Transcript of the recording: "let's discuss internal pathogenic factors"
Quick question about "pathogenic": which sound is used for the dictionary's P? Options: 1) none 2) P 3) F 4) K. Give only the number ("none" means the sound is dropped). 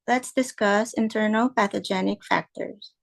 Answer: 2